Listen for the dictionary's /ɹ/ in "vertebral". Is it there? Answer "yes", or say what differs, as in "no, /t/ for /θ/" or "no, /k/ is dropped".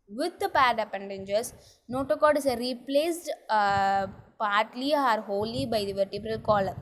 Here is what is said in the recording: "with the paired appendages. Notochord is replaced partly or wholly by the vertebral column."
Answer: yes